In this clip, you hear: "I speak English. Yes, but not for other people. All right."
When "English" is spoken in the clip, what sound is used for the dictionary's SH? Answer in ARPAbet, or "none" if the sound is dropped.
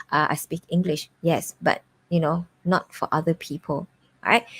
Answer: SH